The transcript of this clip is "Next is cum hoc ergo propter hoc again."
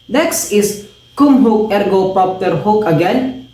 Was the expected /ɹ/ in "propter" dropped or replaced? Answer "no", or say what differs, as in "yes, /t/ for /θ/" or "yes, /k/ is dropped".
yes, /ɹ/ is dropped